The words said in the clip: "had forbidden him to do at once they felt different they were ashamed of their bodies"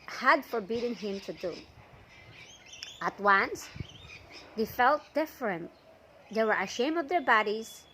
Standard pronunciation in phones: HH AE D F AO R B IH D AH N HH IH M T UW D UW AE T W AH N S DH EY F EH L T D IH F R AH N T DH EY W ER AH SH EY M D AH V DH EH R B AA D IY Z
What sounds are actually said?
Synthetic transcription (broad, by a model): HH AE D F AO R B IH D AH N HH IH M T UW D UW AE T W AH N S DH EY F EH L T D IH F R AH N T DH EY W ER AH SH EY M AH V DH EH R B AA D IY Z